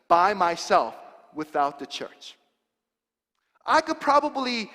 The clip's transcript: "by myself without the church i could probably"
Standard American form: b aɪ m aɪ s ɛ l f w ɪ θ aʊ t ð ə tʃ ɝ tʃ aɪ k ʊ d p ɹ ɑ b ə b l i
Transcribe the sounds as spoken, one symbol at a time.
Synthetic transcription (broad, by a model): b aɪ m aɪ s ɛ l f w ɪ θ aʊ t ð ə tʃ ɝ tʃ aɪ k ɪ d p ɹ ɑ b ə b l i